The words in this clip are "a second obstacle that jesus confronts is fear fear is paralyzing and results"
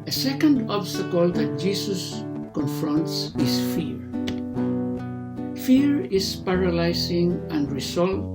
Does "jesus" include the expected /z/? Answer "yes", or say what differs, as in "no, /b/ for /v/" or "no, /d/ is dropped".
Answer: no, /s/ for /z/